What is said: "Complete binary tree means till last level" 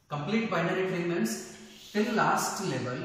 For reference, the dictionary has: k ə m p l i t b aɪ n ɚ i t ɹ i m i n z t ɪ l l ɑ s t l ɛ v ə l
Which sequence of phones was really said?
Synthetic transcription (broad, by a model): k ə m p l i t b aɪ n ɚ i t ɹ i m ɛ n s t ɪ l l ɑ s t l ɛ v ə l